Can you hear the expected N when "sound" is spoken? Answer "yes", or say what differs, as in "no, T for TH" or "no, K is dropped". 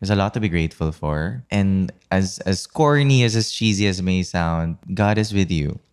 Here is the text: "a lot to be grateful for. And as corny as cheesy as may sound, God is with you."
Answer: yes